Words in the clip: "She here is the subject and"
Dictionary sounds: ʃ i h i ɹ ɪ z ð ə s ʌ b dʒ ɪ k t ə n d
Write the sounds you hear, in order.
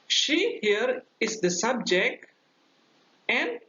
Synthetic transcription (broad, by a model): ʃ i h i ɹ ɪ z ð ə s ʌ b dʒ ɪ k t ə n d